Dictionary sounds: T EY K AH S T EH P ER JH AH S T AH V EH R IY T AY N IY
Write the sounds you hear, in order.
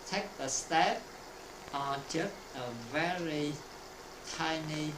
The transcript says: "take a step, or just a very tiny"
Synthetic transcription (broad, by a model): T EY K AH S T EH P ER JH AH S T AH V EH R IY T AY N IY